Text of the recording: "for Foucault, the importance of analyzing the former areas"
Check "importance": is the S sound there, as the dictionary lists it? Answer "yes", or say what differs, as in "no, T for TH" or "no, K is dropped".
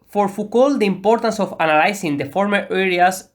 yes